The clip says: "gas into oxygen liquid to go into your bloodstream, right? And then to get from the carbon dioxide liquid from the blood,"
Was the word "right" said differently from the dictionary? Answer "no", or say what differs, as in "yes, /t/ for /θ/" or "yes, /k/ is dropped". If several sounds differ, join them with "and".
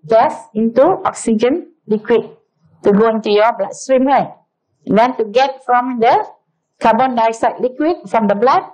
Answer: yes, /t/ is dropped